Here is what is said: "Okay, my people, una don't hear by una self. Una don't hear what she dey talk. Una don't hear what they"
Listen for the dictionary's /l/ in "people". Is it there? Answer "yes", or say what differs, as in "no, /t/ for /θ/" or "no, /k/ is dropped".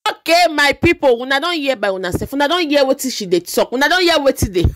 no, /w/ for /l/